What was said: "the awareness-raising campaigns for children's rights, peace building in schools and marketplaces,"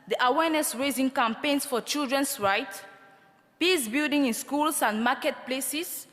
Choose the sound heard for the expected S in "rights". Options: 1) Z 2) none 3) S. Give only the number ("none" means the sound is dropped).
2